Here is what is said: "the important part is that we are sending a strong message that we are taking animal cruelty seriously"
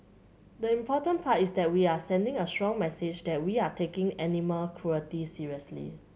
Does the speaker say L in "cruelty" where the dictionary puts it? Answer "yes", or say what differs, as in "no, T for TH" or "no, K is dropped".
no, L is dropped